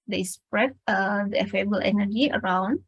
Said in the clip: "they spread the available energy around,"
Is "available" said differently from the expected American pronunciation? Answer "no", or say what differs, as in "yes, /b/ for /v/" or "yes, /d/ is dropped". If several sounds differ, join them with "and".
yes, /f/ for /v/